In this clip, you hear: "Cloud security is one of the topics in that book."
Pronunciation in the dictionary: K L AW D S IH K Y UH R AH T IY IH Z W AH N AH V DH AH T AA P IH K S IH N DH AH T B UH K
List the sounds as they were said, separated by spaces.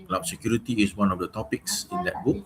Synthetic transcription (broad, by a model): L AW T S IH K Y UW R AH T IY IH S W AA N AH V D AH T AA P IH K S IH N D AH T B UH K